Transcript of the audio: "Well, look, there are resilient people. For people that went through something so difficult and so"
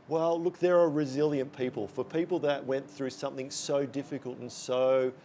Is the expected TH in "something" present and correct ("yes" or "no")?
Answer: yes